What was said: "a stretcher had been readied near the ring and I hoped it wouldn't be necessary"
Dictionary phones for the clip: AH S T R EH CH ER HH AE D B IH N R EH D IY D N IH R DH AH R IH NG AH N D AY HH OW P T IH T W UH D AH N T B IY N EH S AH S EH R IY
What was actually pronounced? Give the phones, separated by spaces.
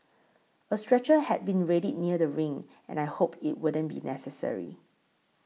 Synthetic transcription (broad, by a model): AH S T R EH CH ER HH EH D B IH N R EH D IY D N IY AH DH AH R IH NG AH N AY HH OW P IH T W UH D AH N B IY N EH S AH S EH R IY